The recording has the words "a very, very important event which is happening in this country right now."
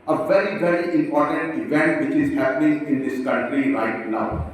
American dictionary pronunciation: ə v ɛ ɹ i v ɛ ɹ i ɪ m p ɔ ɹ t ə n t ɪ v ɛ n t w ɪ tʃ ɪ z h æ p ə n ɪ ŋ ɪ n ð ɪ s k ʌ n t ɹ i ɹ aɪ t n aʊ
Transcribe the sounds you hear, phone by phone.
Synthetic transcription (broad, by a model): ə v ɛ ɹ i v ɛ ɹ i ɪ m p ɔ ɹ t ə n t ɪ v ɛ n t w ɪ tʃ ɪ z h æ p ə n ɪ ŋ ɪ n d ɪ s k ʌ n t ɹ i ɹ aɪ t n aʊ